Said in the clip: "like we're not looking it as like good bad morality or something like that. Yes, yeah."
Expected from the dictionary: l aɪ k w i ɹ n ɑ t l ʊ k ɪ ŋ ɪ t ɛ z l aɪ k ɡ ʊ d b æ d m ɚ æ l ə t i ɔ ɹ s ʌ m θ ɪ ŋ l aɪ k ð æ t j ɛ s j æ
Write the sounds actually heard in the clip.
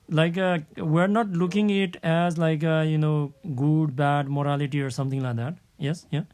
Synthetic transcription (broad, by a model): l aɪ k w i ɹ n ɑ t l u k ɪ ŋ ɪ t ɛ z l aɪ k ɡ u d b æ d m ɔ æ l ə t i ɔ ɹ s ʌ m t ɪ ŋ l aɪ k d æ t j ɛ s j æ